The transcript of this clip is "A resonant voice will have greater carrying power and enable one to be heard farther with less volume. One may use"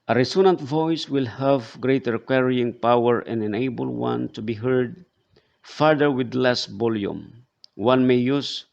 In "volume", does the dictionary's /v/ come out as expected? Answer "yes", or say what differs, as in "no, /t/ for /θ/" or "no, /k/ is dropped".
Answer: no, /b/ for /v/